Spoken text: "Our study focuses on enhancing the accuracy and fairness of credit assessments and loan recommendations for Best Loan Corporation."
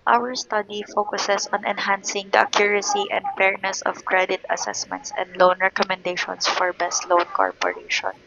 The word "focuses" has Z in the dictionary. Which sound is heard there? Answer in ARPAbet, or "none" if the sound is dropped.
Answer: S